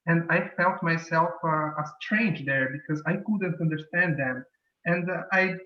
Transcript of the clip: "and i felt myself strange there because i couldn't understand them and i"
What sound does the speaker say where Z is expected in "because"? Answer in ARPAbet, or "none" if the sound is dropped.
Z